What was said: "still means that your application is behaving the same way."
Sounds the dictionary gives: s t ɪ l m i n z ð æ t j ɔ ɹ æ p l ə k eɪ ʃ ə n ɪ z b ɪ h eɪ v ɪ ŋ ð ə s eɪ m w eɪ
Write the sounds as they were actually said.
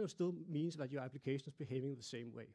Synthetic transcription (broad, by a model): s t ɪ l m i n s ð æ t j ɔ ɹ æ p l ə k eɪ ʃ ə n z b ɪ h eɪ v ɪ ŋ ð ə s eɪ m w eɪ